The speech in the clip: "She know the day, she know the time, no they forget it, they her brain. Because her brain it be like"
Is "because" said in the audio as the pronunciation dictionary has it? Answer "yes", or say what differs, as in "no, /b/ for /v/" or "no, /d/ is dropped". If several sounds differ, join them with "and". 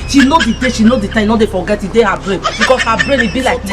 no, /s/ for /z/